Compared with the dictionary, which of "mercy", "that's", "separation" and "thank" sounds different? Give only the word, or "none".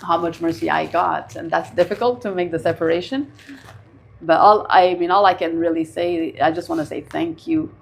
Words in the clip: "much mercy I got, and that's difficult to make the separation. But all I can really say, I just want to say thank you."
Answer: none